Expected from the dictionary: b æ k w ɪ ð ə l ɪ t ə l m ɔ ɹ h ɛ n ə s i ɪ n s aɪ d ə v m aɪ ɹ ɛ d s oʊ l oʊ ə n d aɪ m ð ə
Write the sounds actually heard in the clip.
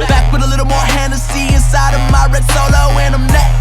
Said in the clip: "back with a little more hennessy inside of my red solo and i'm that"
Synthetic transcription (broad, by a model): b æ k w ɪ ð ə l ɪ t l m ɔ ɹ h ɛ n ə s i ɪ n s aɪ d ə v m aɪ ɹ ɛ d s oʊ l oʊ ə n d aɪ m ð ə